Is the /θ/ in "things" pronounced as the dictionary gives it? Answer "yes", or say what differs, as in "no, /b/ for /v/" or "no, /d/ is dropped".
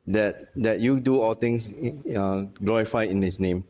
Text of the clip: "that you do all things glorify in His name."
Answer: no, /t/ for /θ/